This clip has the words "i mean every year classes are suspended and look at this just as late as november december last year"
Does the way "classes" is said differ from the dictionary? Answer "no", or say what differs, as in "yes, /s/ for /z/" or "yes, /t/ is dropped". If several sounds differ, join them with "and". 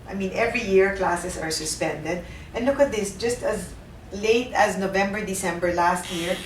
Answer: yes, /s/ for /z/